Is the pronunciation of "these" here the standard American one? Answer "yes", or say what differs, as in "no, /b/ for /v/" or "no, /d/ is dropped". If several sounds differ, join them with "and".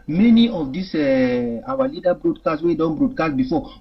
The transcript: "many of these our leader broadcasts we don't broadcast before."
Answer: no, /s/ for /z/